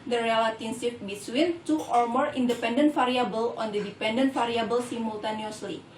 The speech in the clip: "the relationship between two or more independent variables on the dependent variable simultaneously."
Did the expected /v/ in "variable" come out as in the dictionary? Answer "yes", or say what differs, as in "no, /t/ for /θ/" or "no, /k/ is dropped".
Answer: no, /f/ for /v/